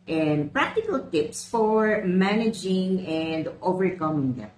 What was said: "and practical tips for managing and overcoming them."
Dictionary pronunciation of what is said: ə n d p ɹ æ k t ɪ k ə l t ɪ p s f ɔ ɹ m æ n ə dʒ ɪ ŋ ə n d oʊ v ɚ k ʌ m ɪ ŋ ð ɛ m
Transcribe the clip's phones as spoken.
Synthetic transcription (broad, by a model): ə n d p ɹ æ k t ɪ k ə l t ɪ p s f ɔ ɹ m æ n ə dʒ ɪ ŋ ə n d oʊ v ɚ k ʌ m ɪ ŋ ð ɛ m